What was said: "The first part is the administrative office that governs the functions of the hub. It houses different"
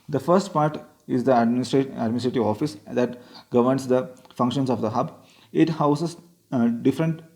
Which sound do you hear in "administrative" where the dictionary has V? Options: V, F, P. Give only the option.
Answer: V